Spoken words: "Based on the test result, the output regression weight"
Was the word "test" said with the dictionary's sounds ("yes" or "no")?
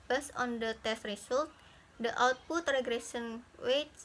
yes